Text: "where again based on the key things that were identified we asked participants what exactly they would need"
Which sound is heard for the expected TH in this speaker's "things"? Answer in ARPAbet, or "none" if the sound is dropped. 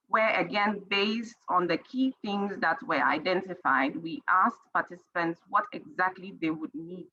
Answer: TH